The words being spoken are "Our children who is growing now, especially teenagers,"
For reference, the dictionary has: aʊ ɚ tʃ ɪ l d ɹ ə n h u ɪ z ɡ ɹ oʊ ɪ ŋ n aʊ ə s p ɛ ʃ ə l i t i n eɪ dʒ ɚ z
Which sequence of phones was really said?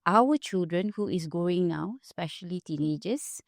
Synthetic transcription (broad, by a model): aʊ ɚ tʃ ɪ l d ɹ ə n h u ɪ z ɡ oʊ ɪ ŋ n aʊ ə s p ɛ ʃ ə l i t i n eɪ dʒ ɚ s